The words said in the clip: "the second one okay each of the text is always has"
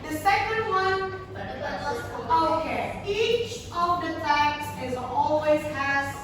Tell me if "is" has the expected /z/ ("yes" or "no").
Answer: yes